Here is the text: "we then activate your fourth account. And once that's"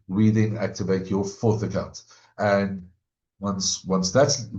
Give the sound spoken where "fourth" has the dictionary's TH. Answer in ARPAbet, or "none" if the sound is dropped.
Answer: TH